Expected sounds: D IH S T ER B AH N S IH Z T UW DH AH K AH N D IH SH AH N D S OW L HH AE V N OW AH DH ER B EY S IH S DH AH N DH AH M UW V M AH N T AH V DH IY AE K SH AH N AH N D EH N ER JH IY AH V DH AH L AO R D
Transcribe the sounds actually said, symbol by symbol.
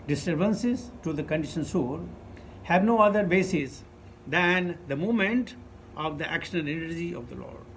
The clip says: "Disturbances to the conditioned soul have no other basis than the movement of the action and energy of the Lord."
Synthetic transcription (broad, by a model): D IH S T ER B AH N S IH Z T UW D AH K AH N D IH SH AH N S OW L HH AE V N OW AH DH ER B EY S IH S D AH N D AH M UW M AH N T AH V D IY AE K SH AH N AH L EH N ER JH IY AH V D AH L AO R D